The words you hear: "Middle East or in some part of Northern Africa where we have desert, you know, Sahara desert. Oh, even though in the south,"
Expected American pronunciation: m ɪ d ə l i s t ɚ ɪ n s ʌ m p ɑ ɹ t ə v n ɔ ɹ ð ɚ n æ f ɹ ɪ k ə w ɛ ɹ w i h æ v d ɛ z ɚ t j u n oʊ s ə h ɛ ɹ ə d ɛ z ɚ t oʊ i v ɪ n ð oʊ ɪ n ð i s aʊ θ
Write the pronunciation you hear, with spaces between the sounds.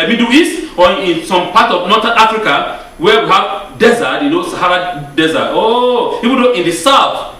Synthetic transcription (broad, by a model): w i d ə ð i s ɔ ɪ n s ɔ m p ɑ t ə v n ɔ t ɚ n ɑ f ɹ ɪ k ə w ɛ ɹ w i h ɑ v d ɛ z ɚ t j u n oʊ s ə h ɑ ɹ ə d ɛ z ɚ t oʊ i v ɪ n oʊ ɪ n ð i s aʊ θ